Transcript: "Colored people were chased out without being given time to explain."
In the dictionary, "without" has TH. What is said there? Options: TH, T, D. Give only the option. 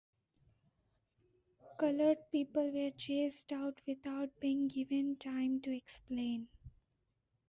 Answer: T